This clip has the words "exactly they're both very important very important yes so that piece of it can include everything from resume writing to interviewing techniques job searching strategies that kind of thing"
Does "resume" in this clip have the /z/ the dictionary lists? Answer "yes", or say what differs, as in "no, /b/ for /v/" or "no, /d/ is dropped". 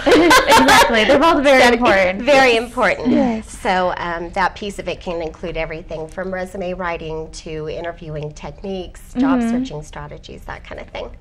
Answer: yes